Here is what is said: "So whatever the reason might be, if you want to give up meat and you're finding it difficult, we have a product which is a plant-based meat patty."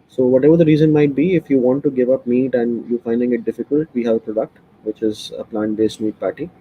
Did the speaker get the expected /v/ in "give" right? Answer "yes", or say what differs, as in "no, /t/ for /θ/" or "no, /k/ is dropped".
yes